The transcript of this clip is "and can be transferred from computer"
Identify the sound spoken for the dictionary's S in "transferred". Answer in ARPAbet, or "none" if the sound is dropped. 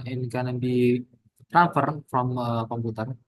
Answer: none